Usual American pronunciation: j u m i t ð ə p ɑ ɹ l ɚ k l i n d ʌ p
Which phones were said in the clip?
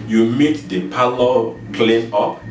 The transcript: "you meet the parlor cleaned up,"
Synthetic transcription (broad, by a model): j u m i t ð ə p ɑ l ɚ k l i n ʌ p